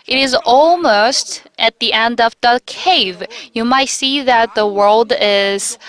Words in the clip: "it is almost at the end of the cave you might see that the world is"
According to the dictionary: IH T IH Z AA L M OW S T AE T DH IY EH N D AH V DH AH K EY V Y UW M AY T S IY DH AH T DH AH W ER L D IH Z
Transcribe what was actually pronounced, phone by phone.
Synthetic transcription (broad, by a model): IH T IH Z AA L M OW S T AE T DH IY EH N D AH V DH AH K EY V Y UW M AY T S IY DH AH T DH AH W ER L D IH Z